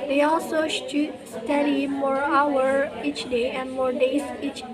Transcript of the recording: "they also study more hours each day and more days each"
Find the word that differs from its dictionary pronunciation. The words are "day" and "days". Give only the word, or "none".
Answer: days